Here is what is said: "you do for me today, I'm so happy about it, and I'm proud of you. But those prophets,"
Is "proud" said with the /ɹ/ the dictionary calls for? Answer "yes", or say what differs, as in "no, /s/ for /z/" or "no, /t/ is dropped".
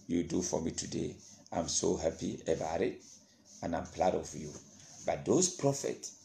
no, /l/ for /ɹ/